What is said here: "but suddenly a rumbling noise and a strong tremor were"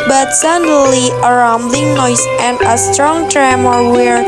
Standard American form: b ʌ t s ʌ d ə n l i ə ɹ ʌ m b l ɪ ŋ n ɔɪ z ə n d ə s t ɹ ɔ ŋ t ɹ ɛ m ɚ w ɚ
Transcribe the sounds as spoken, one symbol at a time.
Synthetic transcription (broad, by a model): b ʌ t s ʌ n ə l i ə ɹ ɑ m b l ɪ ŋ n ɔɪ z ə n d ə s t ɹ ɔ ŋ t ɹ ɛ m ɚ w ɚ